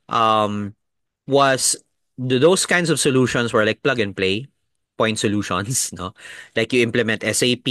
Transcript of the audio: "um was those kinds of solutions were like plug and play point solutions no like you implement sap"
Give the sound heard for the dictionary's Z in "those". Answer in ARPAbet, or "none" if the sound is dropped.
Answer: S